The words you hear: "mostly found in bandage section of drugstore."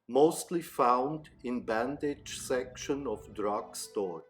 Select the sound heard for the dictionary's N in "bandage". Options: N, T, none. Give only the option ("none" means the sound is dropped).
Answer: N